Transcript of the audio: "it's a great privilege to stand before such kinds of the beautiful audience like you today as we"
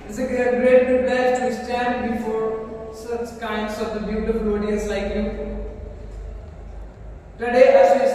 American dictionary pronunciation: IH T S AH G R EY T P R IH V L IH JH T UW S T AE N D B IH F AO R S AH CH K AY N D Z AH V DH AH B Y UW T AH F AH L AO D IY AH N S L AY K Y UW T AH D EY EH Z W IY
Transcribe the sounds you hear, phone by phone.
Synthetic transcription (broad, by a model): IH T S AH G R EY T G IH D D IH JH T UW S T AE N D B IH F AO R S AH CH K AY N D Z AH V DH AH B Y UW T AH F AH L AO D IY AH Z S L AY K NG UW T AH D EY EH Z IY